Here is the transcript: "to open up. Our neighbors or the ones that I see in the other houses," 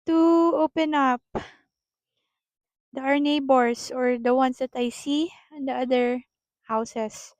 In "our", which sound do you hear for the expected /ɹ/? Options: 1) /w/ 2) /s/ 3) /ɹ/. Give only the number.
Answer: 3